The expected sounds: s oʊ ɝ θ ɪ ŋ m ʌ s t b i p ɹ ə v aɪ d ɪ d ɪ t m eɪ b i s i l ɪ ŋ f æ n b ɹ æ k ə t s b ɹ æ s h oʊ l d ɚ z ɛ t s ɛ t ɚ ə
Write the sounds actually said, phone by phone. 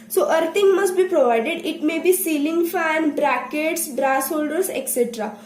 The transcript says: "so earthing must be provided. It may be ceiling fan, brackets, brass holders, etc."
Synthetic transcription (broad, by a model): s oʊ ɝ t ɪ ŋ m ʌ s t b i p ɹ ə v aɪ d ɪ d ɪ t m eɪ b i s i l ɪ ŋ f æ n b ɹ æ k ə t s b ɹ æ s h oʊ l d ɚ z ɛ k s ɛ t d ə